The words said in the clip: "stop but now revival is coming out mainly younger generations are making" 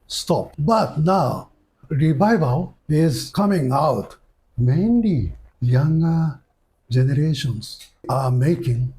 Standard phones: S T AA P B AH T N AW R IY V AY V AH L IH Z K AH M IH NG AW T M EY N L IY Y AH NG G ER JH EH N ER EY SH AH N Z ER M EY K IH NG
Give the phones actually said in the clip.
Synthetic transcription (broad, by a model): S T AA P B AH T N AW R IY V AY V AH L IH Z K AH M IH NG AW T M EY N IY Y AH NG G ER JH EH N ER EY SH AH N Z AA M EY K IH NG